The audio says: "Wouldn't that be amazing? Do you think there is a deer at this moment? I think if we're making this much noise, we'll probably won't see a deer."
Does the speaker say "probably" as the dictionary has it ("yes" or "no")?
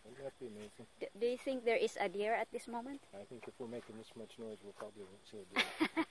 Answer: yes